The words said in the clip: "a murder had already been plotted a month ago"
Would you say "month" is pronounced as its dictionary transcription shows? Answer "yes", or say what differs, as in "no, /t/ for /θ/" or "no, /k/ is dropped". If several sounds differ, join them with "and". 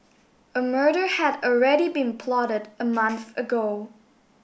yes